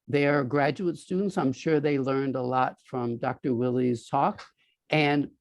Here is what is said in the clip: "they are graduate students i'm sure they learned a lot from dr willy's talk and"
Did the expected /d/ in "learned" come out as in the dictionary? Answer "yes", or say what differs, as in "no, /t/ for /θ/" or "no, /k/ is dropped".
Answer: yes